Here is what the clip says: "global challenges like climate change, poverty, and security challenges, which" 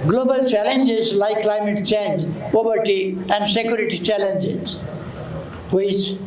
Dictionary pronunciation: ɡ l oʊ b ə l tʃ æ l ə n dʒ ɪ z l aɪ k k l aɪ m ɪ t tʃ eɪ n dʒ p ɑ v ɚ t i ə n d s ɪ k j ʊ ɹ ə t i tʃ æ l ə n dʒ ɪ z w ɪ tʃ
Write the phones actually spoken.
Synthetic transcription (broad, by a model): ɡ l oʊ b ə l tʃ æ l ə n dʒ ɪ z l aɪ k k l aɪ m ɪ t tʃ eɪ n dʒ p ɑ b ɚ t i ə n d s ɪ k j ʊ ɹ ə t i tʃ æ l ə n dʒ ɪ z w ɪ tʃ